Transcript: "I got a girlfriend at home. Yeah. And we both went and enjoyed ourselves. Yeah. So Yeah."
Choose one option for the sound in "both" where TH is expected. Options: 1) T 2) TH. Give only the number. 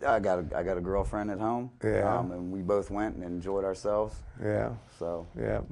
2